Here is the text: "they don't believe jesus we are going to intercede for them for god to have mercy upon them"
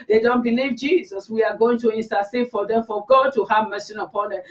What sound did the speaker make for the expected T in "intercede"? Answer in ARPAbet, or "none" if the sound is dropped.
S